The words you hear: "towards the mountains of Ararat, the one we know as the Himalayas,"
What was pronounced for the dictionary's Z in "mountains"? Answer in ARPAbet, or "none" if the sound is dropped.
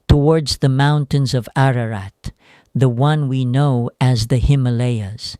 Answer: Z